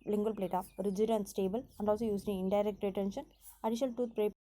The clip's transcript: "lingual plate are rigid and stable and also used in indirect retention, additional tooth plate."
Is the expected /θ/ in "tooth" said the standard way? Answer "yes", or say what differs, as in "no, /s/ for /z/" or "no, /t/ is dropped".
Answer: no, /t/ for /θ/